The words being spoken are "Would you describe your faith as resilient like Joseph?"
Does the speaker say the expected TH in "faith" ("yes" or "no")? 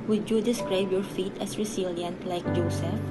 no